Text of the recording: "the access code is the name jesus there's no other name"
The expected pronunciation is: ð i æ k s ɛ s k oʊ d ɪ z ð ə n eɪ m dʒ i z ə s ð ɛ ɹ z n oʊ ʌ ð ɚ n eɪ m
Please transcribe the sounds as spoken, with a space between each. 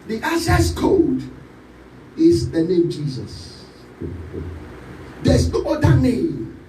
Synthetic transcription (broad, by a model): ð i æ s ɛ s k oʊ d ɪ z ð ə n eɪ m dʒ i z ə s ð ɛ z n oʊ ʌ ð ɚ n eɪ m